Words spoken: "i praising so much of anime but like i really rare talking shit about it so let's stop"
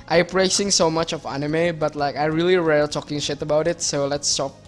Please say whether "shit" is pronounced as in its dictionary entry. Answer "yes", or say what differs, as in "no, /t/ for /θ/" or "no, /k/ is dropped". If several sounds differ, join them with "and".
yes